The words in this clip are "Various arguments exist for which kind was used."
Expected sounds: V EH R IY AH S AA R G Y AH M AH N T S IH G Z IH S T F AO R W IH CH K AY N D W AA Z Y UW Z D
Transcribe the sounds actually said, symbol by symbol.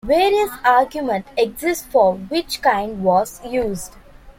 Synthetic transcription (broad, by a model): V EH R IY AH S AA R G Y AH M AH N T IH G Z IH S T F AO R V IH CH K AY N D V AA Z Y UW Z D